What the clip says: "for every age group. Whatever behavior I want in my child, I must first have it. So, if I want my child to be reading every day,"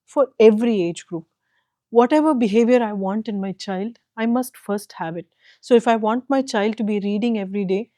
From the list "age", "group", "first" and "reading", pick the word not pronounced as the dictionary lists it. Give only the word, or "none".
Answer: none